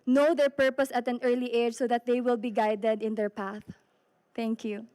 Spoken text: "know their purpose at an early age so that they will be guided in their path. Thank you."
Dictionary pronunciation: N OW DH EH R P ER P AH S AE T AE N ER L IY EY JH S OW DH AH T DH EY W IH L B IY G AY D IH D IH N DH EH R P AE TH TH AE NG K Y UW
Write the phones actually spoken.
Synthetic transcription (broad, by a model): N OW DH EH R P ER P AH S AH T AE N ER L IY EY JH S OW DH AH T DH EY W IH L B IY G AY D IH D IH N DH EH R P AE TH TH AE NG K Y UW